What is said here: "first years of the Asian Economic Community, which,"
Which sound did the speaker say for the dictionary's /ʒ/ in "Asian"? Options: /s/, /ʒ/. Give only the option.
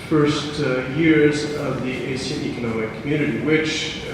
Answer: /s/